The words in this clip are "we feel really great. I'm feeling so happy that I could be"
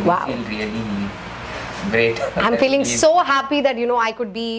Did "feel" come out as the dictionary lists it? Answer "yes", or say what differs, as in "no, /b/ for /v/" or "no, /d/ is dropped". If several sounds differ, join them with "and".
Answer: no, /n/ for /l/